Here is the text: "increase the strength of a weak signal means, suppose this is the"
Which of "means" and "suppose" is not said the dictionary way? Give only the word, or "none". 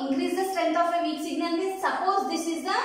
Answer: means